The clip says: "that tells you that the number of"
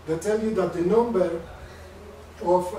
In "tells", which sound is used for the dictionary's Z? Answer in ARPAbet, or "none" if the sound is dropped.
none